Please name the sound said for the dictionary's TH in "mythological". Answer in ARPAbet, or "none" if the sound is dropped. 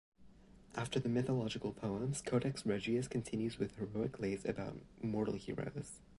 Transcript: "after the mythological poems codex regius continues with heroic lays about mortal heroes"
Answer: TH